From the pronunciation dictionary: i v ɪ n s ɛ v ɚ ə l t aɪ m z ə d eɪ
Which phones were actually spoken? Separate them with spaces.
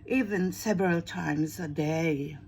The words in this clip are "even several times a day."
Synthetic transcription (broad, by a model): i v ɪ n s ɛ v ɚ ə l t aɪ m z ə d eɪ